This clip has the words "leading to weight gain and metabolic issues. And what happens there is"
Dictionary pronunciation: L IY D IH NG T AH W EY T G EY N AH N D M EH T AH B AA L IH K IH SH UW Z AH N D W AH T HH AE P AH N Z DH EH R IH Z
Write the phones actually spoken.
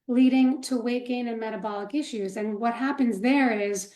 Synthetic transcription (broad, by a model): L IY D IH NG T AH W EY T G EY N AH N M EH T AH B AA L IH K IH SH UW Z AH N W AH T HH AE P AH N Z DH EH R IH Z